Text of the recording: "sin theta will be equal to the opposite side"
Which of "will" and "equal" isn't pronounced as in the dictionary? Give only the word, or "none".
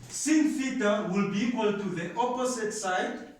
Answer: none